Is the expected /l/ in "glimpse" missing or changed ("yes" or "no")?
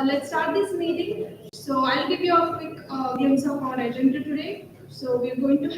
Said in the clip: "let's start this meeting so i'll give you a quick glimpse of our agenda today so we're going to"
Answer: yes